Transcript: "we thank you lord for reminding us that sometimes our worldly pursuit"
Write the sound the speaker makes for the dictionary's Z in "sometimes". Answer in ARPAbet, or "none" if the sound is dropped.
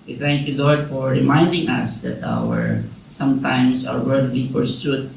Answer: S